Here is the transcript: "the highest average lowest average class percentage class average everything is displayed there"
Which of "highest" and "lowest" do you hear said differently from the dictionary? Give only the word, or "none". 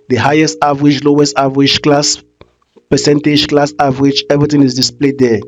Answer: none